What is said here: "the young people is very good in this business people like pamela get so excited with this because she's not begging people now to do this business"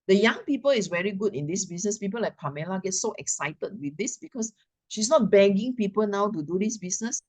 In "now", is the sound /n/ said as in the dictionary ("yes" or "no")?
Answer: yes